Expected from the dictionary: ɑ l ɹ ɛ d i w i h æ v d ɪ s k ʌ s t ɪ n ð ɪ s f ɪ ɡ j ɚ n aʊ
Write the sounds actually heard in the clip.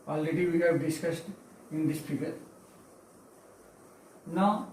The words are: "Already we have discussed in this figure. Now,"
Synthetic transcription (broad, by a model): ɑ l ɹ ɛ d i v i h æ v d ɪ s k ʌ s t ɪ n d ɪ s p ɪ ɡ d n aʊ